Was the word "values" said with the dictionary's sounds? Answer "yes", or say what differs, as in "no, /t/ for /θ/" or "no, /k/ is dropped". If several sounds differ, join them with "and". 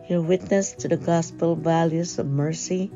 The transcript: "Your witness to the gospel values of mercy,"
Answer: yes